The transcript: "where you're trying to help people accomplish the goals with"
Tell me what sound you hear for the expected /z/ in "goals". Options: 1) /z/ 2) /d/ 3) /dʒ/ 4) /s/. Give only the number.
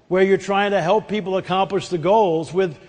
1